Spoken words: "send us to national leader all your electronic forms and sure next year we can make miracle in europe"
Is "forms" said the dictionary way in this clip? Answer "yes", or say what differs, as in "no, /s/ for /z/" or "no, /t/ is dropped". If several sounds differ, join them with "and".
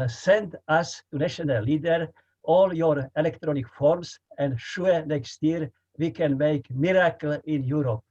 no, /s/ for /z/